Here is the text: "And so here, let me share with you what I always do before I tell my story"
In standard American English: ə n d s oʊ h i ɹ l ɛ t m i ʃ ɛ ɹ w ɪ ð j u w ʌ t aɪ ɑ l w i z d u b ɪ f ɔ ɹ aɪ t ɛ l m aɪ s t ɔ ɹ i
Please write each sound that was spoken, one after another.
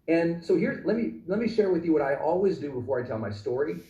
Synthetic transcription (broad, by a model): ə n s oʊ h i ɹ l ɛ t m i ʃ ɛ ɹ w ɪ ð j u w ʌ t aɪ ɑ l w i z d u b ɪ f ɔ ɹ aɪ t ɛ l m aɪ s t ɔ ɹ i